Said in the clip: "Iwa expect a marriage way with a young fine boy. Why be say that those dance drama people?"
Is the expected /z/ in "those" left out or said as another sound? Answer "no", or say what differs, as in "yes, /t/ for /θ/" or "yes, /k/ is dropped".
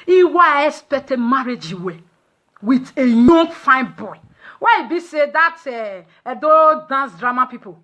yes, /z/ is dropped